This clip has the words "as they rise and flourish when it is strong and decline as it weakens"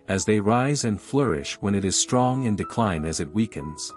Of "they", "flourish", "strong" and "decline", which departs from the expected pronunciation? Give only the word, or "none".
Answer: none